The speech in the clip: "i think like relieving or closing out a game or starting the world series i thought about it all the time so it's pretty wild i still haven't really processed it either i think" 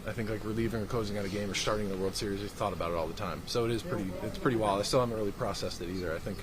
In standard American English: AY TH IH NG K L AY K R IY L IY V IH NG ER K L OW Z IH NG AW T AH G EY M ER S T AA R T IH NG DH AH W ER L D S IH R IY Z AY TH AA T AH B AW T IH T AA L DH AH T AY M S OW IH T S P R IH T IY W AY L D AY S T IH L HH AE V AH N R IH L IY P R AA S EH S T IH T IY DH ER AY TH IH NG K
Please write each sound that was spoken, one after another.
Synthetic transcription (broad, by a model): AY TH IH NG K L AY K R IY L IY V IH NG ER K L OW Z IH NG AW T AH G EY M ER S T AA R T IH NG DH AH W ER L D S IH R IY Z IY TH AA T AH B AW T IH T AA L DH AH T AY M S OW IH T S P R IH T IY W AY L AY S T IH L HH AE V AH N R IH L IY P R AA S EH S T IH T IY DH ER AY TH IH NG K